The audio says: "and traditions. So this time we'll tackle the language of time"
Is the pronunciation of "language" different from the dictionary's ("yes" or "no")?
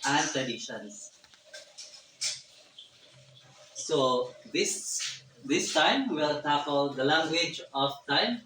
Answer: no